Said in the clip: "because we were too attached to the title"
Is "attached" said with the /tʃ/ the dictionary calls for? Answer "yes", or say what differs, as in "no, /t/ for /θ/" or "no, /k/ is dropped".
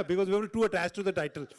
no, /s/ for /tʃ/